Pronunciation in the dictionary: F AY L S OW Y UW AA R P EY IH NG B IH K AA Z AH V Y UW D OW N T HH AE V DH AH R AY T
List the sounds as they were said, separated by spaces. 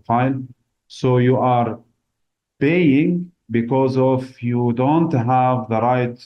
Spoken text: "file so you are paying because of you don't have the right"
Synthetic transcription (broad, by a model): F AY L S OW Y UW AA R P EY IH NG B IH K AA Z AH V Y UW D OW N T HH AE V DH AH R AY T